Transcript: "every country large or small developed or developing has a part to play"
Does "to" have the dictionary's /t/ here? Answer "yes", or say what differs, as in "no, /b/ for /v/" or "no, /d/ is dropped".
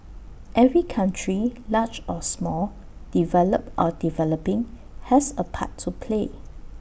yes